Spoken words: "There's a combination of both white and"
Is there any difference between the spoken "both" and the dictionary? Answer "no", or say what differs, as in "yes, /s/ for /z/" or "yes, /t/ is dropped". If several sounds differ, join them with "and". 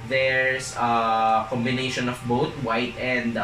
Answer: yes, /t/ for /θ/